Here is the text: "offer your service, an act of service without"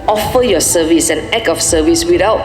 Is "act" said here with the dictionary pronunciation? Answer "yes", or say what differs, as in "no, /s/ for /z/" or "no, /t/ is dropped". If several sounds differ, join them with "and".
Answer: no, /t/ is dropped